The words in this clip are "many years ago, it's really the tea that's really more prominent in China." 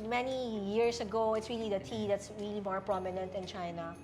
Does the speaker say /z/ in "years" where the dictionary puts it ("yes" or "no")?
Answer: no